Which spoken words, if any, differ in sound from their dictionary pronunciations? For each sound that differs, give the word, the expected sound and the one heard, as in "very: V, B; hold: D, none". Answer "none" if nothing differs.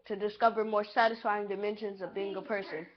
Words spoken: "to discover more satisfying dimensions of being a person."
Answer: none